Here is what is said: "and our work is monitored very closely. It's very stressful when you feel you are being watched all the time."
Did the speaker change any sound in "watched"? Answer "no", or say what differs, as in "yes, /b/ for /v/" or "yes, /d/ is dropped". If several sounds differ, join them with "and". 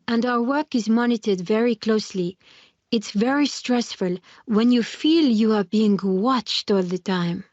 no